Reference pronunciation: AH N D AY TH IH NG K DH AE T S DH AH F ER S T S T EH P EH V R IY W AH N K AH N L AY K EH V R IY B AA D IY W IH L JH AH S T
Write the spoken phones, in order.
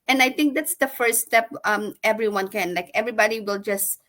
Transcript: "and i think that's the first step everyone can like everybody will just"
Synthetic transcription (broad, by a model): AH N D AY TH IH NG K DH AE T S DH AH F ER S S T EH P EH V R IY W AH N K AH N L AY K EH V R IY B AA D IY W IH L JH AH S T